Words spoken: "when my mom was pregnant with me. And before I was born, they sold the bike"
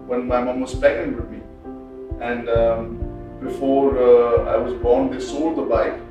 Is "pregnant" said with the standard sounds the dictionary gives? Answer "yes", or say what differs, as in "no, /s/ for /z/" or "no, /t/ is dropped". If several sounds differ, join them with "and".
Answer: no, /ɹ/ is dropped and /n/ is dropped